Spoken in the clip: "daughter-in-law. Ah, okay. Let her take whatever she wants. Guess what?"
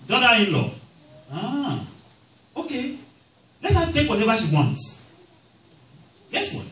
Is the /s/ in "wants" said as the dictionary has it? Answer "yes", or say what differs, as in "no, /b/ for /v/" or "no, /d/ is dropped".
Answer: no, /s/ is dropped